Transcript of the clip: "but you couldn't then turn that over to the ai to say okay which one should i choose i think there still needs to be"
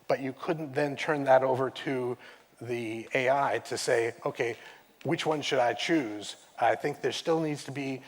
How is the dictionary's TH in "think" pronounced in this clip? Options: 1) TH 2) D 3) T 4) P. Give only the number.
1